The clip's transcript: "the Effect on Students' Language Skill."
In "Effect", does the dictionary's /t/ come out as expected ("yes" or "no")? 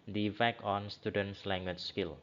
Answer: no